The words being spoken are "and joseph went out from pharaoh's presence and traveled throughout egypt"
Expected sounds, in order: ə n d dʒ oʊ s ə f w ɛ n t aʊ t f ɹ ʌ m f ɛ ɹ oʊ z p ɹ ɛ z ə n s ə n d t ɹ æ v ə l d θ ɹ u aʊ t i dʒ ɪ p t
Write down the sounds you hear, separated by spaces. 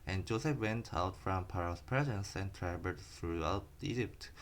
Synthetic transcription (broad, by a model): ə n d dʒ oʊ s ə f w ɛ n t aʊ t f ɹ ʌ m p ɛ ɹ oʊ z p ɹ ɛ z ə n s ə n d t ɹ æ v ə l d θ ɹ u aʊ t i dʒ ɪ p t